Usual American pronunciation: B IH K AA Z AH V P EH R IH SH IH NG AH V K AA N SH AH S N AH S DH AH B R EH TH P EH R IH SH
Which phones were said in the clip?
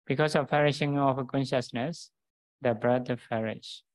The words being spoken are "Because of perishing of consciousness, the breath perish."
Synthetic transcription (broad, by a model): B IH K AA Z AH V F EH R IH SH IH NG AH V K AA N SH AH S N AH S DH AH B R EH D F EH R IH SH